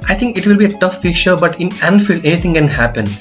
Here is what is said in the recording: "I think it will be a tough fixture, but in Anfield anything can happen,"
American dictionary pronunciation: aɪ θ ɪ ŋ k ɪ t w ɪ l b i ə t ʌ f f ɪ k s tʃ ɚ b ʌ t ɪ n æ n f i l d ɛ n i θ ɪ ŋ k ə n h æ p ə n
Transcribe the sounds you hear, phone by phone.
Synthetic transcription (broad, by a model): aɪ t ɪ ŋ k ɪ t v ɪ l b i ə t ʌ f f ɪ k tʃ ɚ b ʌ t ɪ n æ n f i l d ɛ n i t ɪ ŋ k ə n h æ p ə n